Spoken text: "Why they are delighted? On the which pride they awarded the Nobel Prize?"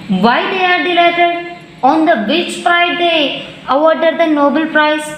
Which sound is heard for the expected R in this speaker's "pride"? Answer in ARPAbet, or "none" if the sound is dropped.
none